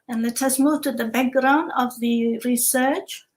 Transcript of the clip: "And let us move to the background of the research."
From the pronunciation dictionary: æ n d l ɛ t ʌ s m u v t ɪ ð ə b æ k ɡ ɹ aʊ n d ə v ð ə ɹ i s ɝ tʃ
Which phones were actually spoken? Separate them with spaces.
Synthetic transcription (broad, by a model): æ n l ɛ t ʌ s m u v t ɪ ð ə b æ k ɡ ɹ aʊ n d ə v ð ə ɹ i s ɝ tʃ